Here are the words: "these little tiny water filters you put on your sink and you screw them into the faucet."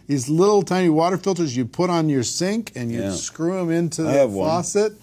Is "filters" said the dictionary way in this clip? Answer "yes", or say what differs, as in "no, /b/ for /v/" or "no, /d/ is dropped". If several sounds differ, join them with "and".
yes